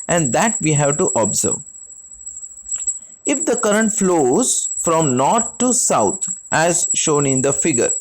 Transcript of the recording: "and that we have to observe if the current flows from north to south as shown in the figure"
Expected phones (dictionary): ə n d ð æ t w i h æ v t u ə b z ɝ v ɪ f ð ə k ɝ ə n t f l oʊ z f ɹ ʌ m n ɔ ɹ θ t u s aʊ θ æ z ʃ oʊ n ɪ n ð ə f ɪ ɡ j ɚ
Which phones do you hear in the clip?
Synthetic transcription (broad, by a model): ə n d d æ t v i h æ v t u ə b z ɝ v ɪ f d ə k ɝ ə n t f l oʊ z f ɹ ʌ m n ɔ ɹ t t u s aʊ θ æ z ʃ oʊ n ɪ n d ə f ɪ ɡ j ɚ